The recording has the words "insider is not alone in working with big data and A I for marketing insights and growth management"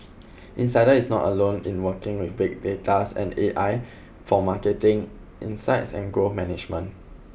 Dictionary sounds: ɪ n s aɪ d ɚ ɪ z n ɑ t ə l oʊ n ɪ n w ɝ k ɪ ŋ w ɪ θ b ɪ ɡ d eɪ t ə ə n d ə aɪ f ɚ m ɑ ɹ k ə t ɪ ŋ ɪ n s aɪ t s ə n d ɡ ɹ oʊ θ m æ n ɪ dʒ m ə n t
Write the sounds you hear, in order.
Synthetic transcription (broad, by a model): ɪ n s aɪ d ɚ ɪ s n ɑ t ə l oʊ n ɪ n w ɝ k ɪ ŋ w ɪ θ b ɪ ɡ d eɪ t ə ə n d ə aɪ f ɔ m ɑ k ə t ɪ ŋ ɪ n s aɪ t s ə n ɡ oʊ m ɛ n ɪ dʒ m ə n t